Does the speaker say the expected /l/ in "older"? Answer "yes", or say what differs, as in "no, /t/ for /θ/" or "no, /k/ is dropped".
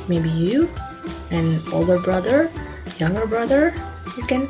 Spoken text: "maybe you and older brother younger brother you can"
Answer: yes